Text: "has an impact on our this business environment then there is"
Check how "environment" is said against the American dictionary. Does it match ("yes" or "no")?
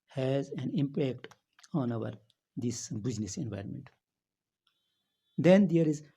yes